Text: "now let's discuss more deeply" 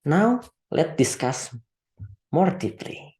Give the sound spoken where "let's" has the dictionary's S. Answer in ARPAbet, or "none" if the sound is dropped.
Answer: none